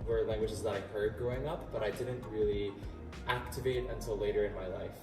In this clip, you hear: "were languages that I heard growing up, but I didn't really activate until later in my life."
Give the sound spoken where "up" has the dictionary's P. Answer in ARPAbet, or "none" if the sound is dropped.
P